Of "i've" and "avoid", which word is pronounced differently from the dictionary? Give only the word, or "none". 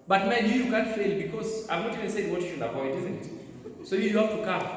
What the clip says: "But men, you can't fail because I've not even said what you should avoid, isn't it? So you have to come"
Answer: avoid